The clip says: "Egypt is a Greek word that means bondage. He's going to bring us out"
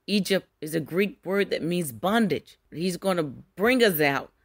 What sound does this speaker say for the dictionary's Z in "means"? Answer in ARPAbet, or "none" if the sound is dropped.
Z